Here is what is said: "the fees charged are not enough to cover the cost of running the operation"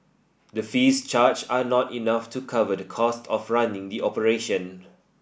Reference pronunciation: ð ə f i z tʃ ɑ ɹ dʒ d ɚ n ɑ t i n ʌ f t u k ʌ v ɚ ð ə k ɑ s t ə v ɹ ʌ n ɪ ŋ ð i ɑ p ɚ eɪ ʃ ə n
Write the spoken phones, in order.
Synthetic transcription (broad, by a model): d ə f i s tʃ ɑ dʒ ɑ n ɑ t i n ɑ f t u k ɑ v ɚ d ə k ɑ s t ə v ɹ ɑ n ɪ ŋ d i ɑ p ɚ eɪ ʃ ə n